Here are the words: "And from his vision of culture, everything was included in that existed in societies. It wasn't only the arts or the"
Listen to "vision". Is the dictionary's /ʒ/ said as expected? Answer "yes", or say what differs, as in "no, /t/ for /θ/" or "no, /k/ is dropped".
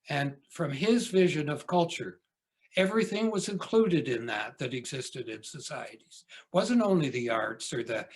yes